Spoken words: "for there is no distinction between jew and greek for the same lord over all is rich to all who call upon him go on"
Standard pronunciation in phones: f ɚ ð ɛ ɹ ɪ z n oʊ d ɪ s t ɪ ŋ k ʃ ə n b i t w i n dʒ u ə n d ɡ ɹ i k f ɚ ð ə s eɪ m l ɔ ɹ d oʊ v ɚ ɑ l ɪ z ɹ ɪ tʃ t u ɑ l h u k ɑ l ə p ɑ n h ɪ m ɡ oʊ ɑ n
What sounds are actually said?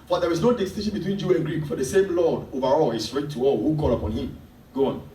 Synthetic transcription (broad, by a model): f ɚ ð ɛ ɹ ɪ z n oʊ d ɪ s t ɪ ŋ ʃ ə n b i t w i n dʒ u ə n ɡ ɹ i k f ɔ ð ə s eɪ m l ɔ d oʊ v ɚ ɑ l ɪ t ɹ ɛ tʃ t u ɑ l h u k ɑ l ə p ɑ n h ɪ m ɡ oʊ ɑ n